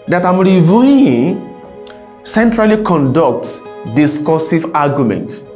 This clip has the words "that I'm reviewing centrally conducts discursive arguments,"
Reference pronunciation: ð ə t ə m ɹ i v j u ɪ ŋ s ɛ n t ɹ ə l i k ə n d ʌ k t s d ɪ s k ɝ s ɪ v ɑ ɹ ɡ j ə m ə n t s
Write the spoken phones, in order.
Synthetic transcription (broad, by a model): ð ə t ə m ɹ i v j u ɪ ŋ s ɛ n t ɹ ə l i k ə n d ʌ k t d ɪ s k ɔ s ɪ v ɑ ɡ j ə m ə n t